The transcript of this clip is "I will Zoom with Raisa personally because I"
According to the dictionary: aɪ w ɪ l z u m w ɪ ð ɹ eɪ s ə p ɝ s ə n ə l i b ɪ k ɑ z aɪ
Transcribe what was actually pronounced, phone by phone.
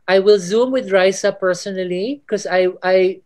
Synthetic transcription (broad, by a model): aɪ w ɪ l z u m w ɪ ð ɹ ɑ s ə p ɝ s ə n ə l i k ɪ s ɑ aɪ